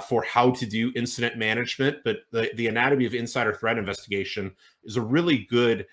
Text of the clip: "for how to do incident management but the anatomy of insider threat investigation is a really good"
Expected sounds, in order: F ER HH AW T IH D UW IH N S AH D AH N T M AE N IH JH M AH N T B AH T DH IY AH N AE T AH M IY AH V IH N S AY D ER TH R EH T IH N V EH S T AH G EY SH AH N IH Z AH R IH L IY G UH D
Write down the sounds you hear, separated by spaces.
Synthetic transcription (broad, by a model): F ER HH AW T IH D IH IH N S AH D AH T M AE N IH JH M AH N T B AH T DH IY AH N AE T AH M IY AH V IH N S AY D ER TH R EH T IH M V EH S T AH G EY SH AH N IH Z AH R IH L IY G UH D